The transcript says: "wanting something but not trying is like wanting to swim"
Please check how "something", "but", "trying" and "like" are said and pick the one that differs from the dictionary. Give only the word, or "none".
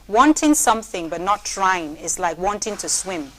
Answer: none